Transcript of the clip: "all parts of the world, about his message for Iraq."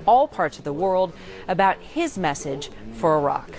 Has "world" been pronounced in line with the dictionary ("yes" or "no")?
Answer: yes